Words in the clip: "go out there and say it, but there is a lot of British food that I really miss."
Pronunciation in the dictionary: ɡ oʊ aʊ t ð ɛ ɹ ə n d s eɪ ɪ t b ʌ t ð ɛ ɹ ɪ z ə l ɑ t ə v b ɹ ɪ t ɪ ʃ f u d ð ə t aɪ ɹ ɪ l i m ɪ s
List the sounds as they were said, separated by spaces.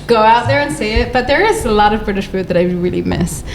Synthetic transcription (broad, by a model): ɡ oʊ aʊ t ð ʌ ɹ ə n s eɪ ɪ t b ʌ t ð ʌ ɹ ɪ z ə l ɑ t ə v b ɹ ɪ t ɪ ʃ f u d ð ə t aɪ ɹ ɪ l i m ɪ s